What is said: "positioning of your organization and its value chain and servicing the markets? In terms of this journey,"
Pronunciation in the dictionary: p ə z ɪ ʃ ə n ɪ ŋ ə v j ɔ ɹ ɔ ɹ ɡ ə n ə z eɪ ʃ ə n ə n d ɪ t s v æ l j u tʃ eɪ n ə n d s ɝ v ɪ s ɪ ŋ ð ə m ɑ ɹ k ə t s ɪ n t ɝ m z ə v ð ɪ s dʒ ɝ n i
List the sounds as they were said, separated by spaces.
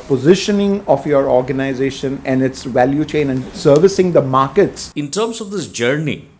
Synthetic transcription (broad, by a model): p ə z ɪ ʃ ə n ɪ ŋ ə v j ɔ ɹ ɔ ɹ ɡ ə n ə z eɪ ʃ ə n ə n d ɪ t s v æ l j u tʃ eɪ n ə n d s ɝ v ɪ s ɪ ŋ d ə m ɑ ɹ k ə t s ɪ n t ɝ m s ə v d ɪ s dʒ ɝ n i